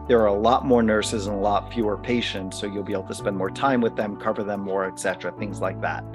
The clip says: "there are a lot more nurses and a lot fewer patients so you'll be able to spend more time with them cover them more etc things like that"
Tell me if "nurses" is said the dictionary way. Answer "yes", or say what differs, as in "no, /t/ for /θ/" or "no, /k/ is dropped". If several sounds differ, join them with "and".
yes